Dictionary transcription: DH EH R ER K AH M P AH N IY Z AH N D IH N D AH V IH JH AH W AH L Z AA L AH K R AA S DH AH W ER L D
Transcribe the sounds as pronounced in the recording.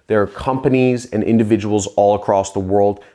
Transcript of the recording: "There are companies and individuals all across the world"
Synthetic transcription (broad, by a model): DH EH R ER K AH M P AH N IY Z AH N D IH N D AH V IH JH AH W L Z AA L AH K R AA S DH AH W ER L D